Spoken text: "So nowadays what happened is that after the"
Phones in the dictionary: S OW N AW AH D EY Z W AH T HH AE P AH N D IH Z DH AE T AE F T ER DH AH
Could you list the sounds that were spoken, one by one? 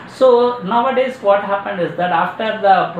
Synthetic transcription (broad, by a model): S OW N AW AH D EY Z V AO T HH AE P AH N D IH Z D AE T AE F T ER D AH